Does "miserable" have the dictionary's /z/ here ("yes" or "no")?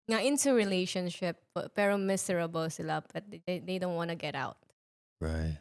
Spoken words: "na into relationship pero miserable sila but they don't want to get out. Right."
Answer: no